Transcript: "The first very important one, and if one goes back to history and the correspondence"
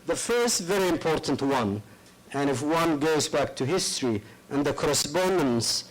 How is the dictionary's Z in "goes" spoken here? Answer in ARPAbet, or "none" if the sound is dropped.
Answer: Z